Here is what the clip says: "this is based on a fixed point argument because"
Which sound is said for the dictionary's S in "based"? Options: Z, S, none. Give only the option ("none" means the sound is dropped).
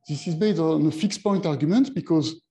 none